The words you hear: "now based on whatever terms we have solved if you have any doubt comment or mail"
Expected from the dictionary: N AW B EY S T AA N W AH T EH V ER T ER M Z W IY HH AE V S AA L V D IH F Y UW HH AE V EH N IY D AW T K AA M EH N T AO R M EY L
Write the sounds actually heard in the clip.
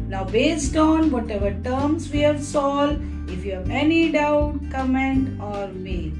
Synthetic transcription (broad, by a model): N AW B EY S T AA N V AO T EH V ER T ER M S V IY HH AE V S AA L D IH F Y UW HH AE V EH N IY D AW T K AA M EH N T AO R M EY